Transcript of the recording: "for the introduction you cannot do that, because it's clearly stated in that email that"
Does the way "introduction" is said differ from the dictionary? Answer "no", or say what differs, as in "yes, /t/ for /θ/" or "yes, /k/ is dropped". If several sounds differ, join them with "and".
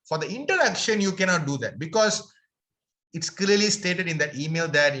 yes, /ɹ/ is dropped